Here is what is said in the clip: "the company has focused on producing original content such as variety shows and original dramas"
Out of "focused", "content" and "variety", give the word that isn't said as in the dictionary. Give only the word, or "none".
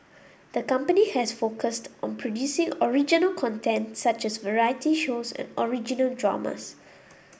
none